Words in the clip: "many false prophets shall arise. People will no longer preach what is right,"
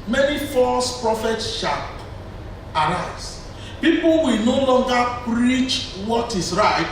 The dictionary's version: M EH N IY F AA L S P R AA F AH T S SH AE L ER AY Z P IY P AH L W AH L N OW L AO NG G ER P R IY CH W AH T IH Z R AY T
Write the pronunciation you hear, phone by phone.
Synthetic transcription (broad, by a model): M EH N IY F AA S P R AA F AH T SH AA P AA AY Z P IY P AH L W AH L N OW L AO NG G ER P R IY CH W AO T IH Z R AY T